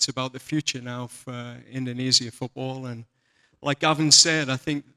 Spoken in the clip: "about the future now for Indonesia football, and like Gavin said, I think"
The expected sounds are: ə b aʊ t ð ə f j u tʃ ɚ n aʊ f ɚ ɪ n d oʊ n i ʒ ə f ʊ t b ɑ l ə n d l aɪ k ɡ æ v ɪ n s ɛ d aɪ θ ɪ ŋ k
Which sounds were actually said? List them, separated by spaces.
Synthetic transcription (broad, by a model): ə b aʊ t ð ə f j u tʃ ɚ n aʊ f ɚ ɪ n d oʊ n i z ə f ʊ t b ɑ l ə n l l aɪ k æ v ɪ n s ɛ d aɪ θ ɪ ŋ k